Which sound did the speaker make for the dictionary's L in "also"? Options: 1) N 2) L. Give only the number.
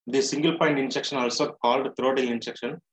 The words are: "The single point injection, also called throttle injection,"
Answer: 2